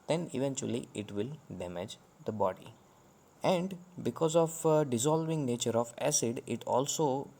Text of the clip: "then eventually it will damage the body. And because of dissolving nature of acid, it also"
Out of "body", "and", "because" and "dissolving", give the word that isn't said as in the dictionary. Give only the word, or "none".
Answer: none